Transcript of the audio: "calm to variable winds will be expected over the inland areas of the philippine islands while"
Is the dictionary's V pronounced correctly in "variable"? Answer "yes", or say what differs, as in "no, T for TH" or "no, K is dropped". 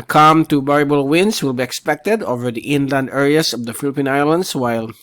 no, B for V